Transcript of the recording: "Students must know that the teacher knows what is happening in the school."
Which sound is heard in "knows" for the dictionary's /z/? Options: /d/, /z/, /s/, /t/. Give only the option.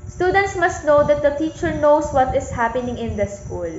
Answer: /s/